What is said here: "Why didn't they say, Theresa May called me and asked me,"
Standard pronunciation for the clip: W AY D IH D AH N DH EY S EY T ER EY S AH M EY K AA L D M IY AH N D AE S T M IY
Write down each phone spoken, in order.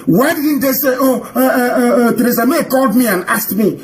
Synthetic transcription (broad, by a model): W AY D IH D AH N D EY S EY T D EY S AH M EY K AA L D M IY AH N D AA S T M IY